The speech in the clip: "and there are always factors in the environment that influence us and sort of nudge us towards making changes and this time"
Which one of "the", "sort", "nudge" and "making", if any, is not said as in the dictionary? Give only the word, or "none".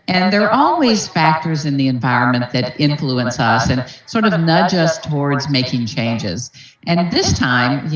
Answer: none